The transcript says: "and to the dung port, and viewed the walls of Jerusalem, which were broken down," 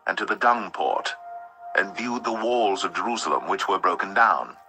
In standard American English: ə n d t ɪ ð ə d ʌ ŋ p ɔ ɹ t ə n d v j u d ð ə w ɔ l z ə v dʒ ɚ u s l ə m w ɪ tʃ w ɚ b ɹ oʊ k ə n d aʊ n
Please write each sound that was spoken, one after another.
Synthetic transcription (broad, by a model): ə n t ɪ ð ə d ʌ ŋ p ɔ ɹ t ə n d v j u d ð ə w ɔ l z ə v dʒ ɚ u s l ə m w ɪ tʃ w ɚ b ɹ oʊ k ə n d aʊ n